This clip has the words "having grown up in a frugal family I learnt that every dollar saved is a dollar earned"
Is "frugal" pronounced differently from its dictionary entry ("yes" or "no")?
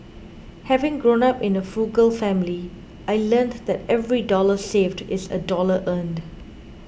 yes